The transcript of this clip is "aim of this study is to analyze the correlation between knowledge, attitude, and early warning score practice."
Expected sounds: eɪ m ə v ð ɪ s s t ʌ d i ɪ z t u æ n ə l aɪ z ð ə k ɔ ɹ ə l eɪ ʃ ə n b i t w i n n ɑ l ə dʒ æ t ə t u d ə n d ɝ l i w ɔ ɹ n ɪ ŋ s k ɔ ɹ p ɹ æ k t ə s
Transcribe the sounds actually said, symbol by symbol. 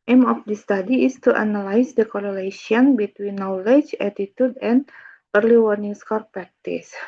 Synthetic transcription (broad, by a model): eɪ m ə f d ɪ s s t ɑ d i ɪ s t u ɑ n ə l aɪ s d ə k ɔ ɹ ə l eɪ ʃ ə n b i t w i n n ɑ l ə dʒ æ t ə t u d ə n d ɝ l i w ɔ ɹ n ɪ ŋ s k ɔ ɹ p ɹ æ k t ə s